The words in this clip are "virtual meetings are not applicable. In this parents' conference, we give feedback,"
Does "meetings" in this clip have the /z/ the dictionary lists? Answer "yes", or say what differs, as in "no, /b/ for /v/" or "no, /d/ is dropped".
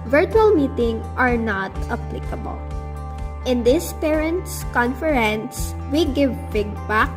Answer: no, /z/ is dropped